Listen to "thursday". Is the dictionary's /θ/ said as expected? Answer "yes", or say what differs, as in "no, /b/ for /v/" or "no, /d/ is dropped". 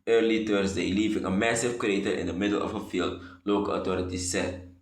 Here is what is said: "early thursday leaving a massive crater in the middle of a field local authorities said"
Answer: no, /t/ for /θ/